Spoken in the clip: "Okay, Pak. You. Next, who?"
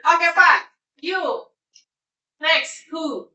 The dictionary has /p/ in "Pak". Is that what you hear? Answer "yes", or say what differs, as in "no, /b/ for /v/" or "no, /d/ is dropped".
no, /f/ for /p/